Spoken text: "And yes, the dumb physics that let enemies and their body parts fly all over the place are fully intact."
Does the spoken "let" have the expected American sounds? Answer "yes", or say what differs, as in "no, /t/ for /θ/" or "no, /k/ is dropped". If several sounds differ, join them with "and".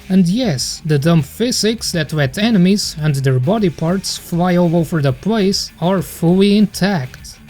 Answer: no, /w/ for /l/